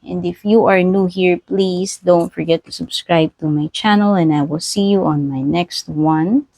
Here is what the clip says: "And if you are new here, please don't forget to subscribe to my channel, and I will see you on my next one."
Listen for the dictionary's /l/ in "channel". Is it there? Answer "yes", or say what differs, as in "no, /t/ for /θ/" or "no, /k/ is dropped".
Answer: yes